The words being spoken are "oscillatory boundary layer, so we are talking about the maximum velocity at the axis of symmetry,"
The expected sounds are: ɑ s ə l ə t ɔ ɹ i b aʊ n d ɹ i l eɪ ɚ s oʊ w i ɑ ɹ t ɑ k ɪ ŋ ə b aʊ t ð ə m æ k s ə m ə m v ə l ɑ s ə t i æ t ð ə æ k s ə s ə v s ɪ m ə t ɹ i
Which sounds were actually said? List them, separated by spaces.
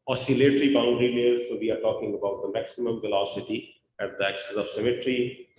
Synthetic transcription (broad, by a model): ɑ s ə l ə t ɹ i b aʊ n d ɹ i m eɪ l s oʊ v i ɑ ɹ t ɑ k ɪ ŋ ə b aʊ t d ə m æ k s ə m ə m v ə l ɑ s ə t i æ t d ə æ k s ə s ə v s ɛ m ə t ɹ i